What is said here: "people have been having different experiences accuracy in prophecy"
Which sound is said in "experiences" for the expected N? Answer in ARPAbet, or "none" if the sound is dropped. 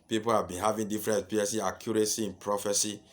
none